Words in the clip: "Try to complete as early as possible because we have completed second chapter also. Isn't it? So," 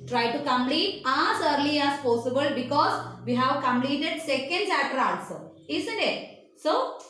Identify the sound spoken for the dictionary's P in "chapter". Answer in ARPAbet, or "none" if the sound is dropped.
none